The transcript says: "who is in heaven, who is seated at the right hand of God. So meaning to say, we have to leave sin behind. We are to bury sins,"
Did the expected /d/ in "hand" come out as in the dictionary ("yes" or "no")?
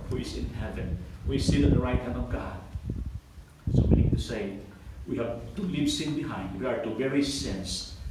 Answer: yes